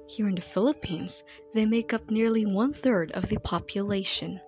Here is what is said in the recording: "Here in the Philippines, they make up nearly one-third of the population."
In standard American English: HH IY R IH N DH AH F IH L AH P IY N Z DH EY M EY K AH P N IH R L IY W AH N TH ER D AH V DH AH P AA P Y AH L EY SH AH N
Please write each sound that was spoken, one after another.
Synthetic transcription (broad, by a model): HH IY R IH N DH AH F IH L AH P IY N Z DH EY M EY K AH P N IH R L IY W AH N TH ER D AH V DH AH P AA P Y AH L EY SH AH N